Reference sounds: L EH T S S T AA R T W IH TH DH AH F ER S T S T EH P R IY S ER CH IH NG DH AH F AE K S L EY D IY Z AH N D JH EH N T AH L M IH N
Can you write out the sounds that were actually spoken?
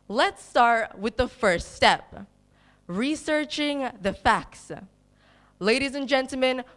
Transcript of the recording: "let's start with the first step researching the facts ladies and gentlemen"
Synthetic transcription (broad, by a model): L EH T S S T AA R T W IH DH AH F ER S T S T EH P R IY S ER CH IH NG DH AH F AE K S L EY D IY Z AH N JH EH N T L M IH N